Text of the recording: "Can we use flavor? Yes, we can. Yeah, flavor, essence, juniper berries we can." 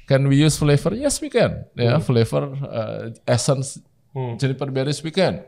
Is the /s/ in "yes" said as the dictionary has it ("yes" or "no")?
yes